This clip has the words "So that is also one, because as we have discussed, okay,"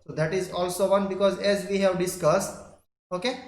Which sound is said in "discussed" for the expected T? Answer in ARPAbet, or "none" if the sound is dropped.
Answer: T